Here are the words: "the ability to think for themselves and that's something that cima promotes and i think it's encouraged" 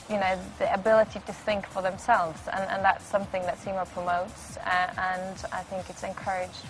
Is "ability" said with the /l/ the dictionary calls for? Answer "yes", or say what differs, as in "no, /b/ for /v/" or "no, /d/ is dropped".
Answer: yes